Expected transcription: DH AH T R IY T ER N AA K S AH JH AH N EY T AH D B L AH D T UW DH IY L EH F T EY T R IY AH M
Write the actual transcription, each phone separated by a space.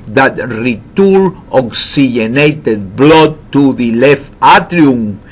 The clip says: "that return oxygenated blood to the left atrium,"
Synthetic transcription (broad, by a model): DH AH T R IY T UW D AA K S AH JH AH N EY T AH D B L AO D T UW DH IY L EH F T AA T R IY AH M